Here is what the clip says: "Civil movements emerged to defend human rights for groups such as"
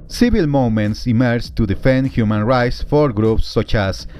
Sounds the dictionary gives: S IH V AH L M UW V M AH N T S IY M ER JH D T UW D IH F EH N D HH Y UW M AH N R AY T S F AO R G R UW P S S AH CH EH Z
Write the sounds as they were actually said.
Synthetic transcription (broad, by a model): S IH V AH L M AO M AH N T S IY M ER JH T UW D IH F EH N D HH Y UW M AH N R AY T S F AO R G R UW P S S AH CH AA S